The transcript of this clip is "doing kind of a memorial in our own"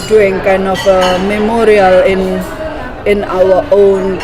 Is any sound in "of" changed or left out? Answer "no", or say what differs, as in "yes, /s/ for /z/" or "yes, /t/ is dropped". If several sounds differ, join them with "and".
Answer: yes, /f/ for /v/